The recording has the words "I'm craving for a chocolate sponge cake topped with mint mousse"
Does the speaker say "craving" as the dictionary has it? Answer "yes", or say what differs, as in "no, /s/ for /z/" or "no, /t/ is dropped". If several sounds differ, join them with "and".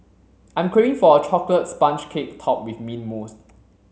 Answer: no, /v/ is dropped